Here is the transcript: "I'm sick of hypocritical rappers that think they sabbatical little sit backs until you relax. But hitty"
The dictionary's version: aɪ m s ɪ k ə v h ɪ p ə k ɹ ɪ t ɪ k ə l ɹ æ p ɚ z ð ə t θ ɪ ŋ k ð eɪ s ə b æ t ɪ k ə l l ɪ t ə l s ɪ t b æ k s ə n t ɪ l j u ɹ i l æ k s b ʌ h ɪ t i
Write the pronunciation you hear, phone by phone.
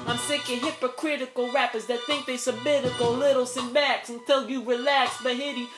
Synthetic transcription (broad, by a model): aɪ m s ɪ k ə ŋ h ɪ p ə k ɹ ɪ t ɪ k l ɹ æ p ɚ z ð ə t θ ɪ ŋ k ð eɪ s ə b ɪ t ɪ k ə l l ɪ t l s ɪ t b æ k s ə n t ɪ l j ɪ ɹ i l æ k s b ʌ h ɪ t i